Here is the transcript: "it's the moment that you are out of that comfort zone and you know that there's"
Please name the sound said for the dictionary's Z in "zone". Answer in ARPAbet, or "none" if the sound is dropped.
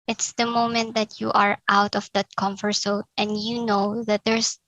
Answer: S